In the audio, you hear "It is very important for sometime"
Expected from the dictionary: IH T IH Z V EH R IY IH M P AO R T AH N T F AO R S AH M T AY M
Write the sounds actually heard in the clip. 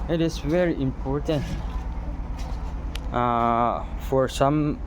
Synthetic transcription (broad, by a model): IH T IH S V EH R IY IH M P AO R T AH N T F AO R S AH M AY M